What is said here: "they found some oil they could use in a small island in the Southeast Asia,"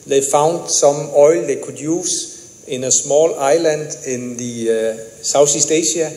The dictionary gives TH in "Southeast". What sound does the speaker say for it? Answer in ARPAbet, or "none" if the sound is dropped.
S